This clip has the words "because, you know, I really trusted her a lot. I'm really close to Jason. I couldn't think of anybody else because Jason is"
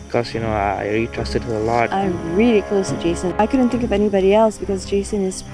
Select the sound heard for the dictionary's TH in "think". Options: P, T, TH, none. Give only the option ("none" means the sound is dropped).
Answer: TH